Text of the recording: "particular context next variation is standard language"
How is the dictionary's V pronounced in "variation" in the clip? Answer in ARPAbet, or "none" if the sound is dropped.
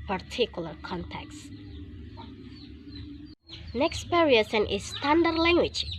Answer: P